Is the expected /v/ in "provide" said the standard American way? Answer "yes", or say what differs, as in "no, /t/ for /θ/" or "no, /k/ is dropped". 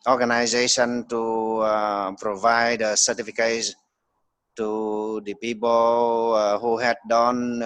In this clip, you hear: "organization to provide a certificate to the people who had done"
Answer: yes